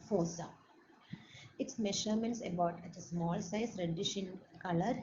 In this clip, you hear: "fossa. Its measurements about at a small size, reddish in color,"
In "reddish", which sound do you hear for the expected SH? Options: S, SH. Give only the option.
SH